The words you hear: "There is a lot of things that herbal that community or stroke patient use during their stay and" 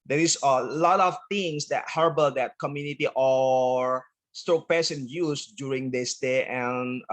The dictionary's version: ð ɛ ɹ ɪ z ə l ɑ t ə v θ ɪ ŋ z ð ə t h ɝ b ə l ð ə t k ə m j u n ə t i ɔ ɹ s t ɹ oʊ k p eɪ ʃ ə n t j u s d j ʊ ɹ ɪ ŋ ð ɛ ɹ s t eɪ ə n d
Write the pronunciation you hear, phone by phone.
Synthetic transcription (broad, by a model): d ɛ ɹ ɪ s ə l ɑ t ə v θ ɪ ŋ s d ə t h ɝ b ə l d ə t k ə m j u n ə t i ɔ ɹ s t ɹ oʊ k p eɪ s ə n j u s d j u ɹ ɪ ŋ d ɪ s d eɪ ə n